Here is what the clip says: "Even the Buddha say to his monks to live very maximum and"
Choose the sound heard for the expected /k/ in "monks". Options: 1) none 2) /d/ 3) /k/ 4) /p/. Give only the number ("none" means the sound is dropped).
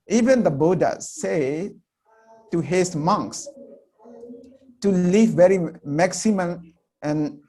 3